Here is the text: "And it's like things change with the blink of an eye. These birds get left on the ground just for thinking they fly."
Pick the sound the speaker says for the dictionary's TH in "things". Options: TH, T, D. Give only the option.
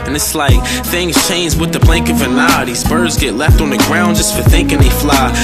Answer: TH